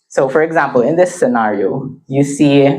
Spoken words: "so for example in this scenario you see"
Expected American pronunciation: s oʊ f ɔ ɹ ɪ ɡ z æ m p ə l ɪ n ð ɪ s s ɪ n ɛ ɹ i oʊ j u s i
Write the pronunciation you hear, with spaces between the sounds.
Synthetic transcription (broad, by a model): s oʊ f ɔ ɹ ɪ ɡ z æ m p ə l ɪ n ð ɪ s s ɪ n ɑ ɹ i oʊ j u s i